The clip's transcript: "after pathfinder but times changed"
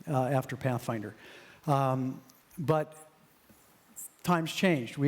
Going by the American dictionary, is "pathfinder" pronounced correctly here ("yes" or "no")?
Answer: yes